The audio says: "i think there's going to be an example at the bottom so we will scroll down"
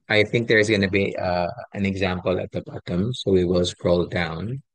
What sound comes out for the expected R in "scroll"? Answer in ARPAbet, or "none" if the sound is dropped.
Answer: R